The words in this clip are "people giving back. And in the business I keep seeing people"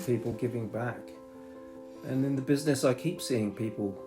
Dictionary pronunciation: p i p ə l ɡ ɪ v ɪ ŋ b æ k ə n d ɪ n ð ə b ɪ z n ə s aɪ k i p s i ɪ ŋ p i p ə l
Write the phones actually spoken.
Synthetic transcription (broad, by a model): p i p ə l ɡ ɪ v ɪ ŋ b æ k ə n ɪ n ð ə b ɪ z n ə s aɪ k i p s i ɪ ŋ p i p ə l